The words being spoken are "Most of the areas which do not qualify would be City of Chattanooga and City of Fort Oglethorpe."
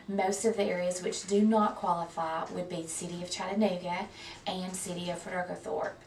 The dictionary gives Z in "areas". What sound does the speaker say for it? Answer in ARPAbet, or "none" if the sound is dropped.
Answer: Z